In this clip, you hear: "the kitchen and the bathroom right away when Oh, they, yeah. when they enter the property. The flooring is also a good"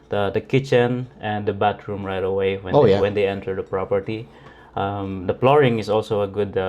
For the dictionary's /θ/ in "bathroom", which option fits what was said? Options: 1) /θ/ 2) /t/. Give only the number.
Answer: 2